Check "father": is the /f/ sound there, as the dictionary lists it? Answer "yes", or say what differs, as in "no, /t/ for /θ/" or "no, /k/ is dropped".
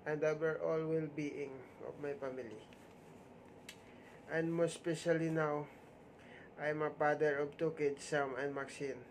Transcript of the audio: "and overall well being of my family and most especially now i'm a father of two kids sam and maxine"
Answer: no, /p/ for /f/